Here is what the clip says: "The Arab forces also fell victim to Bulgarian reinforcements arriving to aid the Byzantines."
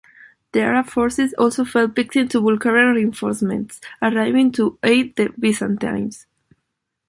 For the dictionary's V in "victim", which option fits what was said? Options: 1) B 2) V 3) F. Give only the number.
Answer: 1